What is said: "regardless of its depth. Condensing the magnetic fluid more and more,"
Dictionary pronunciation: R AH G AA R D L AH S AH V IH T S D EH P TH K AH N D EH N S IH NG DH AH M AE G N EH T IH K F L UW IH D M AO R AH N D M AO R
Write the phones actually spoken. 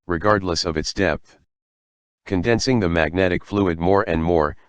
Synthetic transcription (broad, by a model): R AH G AA R D L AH S AH V IH T S D EH P TH K AH N D EH N S IH NG DH AH M AE G N EH T IH K F L UW IH D M AO R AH N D M AO R